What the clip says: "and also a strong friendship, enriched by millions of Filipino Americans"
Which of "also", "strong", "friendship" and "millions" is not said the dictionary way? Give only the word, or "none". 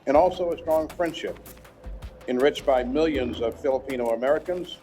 none